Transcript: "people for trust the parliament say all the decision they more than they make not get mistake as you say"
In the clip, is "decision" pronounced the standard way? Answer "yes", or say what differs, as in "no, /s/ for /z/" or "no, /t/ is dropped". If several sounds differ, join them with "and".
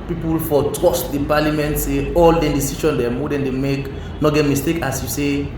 no, /ʃ/ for /ʒ/